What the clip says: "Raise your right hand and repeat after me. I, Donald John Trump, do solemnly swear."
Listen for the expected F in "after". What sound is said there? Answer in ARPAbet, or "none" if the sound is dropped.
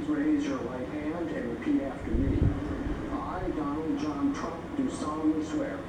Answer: F